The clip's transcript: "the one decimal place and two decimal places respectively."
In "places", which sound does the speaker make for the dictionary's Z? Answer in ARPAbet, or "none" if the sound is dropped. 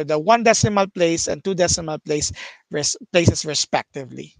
S